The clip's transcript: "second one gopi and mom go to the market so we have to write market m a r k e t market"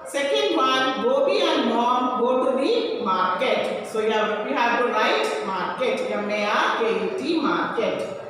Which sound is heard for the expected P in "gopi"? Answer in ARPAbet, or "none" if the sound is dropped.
B